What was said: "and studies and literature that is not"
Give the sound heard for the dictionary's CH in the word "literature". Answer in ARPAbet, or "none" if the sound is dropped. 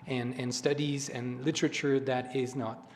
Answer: CH